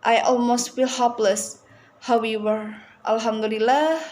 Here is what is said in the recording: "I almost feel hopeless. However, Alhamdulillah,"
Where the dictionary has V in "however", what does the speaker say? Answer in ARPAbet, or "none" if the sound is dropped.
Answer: W